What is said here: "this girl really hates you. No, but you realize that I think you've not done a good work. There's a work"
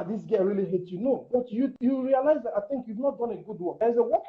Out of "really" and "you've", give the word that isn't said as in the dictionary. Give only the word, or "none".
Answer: none